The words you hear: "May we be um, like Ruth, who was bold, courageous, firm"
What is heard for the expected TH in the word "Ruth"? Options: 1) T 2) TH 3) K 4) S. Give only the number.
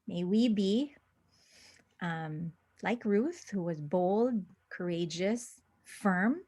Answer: 2